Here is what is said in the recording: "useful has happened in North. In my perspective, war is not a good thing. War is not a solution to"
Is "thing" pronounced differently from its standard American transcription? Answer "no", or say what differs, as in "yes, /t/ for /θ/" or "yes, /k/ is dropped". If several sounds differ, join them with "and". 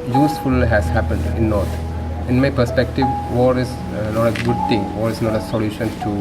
yes, /t/ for /θ/